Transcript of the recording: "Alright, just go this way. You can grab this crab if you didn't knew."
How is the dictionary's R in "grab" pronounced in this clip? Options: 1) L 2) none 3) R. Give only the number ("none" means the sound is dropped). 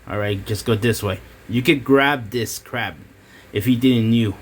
3